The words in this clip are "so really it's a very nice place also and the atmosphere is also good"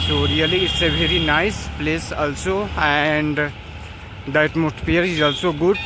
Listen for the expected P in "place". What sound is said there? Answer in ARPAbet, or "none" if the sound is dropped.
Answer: P